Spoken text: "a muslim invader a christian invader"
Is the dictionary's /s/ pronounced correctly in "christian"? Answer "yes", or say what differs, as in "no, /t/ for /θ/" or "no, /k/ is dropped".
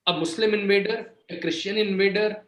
no, /ʃ/ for /s/